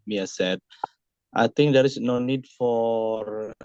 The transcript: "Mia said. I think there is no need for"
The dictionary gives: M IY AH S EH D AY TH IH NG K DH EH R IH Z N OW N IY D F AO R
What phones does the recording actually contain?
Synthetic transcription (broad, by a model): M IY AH S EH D AY T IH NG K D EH R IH S N OW N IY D F AO R